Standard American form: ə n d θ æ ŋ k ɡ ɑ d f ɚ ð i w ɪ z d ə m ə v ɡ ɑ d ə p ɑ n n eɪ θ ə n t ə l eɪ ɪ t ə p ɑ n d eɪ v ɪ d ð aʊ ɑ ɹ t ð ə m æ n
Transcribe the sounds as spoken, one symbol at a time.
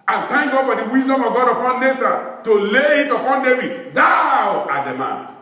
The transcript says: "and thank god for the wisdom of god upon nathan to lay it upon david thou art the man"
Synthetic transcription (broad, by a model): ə n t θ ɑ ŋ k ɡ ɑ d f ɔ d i w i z d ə m ə v ɡ ɑ d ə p ɑ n n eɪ s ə t ə l eɪ ɪ t ə p ɑ n d eɪ v ɪ d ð aʊ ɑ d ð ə m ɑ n